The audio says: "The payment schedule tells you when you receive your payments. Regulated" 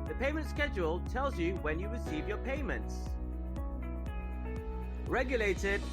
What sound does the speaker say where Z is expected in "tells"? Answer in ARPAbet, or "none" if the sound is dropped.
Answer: Z